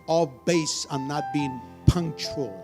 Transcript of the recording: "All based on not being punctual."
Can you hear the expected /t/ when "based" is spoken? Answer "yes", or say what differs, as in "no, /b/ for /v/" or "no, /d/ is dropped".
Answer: no, /t/ is dropped